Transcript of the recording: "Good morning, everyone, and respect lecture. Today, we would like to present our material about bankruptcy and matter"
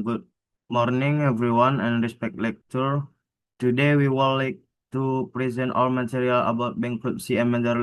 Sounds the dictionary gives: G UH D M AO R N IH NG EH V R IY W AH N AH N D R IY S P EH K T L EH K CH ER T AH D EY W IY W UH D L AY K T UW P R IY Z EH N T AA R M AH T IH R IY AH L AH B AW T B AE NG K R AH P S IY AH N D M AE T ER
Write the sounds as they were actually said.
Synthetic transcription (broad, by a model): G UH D M AO R N IH NG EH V R IY W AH N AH N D R IY S P EH K T L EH K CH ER T AH D EY W IY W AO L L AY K T UW P R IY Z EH N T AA L M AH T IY R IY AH L AH B AW T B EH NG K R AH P S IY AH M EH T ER